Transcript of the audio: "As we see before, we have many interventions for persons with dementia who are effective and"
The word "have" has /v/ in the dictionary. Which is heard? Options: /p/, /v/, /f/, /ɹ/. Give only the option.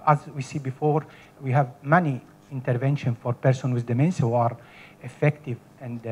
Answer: /v/